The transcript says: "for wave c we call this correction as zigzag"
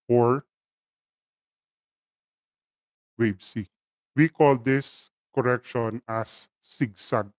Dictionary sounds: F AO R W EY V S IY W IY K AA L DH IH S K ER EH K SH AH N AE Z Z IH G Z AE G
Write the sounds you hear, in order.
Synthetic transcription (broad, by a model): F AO R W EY B S IY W IY K AA L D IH S K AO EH K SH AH N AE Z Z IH G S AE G